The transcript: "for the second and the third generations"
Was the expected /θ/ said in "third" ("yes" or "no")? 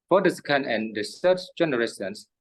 no